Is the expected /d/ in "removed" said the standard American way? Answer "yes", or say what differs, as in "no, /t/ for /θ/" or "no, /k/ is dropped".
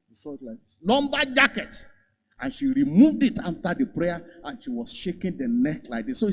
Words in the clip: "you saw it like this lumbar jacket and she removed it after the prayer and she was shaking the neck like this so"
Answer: yes